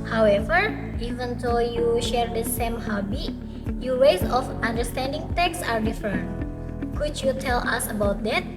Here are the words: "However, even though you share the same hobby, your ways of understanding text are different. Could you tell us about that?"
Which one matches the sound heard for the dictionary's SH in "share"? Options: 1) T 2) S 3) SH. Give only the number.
3